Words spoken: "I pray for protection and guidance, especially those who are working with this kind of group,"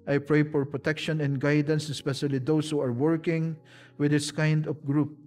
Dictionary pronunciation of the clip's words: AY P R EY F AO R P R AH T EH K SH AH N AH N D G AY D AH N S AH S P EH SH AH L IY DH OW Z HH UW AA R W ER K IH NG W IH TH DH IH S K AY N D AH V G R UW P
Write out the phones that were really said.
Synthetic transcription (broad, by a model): AY P R EY F AO R P R AH T EH K SH AH N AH N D G AY D AH N S AH S P EH SH AH L IY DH OW S HH UW AA R W ER K IH NG W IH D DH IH S K AY N D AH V G R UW P